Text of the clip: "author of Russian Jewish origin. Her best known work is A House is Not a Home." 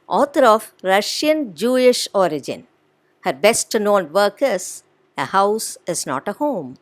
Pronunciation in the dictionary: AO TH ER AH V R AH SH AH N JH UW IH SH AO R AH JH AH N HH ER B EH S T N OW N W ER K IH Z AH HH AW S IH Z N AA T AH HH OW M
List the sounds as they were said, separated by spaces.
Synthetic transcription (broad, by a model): AO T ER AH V R AH SH AH N JH UW IH SH AO R AH JH AH N HH ER B EH S T N OW N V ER K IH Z AH HH AW S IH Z N AA T AH HH OW M